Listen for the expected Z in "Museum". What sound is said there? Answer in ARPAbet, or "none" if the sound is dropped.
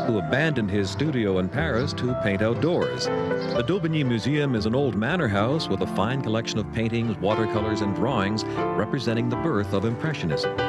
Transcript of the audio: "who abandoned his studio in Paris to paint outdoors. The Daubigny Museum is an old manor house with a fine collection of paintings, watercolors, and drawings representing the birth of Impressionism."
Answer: Z